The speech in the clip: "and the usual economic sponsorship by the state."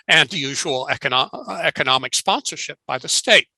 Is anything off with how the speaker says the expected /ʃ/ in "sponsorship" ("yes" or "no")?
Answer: no